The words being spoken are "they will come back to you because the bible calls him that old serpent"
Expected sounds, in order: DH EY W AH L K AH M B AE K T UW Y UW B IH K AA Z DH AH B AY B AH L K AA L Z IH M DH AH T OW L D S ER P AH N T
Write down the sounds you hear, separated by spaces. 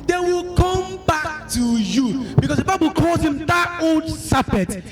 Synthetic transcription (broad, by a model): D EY W AH L K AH M B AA K T UW Y UW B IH K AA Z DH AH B AY B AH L K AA Z IH M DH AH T OW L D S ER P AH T